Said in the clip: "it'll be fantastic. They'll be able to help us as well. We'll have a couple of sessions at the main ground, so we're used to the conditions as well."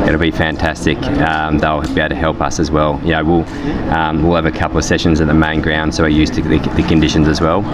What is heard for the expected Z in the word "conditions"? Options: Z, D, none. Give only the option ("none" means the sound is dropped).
Z